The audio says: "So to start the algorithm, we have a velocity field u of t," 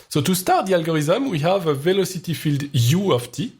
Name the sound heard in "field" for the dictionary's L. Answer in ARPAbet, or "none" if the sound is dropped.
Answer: L